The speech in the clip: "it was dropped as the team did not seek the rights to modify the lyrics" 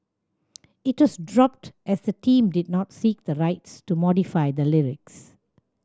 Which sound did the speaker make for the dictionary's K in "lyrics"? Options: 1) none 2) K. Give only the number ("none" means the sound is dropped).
2